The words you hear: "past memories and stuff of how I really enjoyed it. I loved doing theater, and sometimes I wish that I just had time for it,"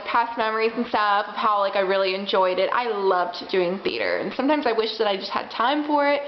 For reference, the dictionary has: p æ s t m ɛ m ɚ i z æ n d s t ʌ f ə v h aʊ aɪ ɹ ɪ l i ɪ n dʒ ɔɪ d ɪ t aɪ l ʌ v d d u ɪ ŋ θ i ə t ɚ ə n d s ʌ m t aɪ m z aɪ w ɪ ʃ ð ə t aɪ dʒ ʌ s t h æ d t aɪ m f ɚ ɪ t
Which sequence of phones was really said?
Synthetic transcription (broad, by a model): p æ s m ɛ m ɚ i z n s t ʌ f ə v h aʊ aɪ ɹ ɪ l i ɪ n dʒ ɔɪ d ɪ t aɪ l ʌ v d d u ɪ ŋ θ i t ɚ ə n s ʌ m t aɪ m z aɪ w ɪ ʃ ð ə t aɪ dʒ ʌ s t h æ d t aɪ m f ɚ ɪ t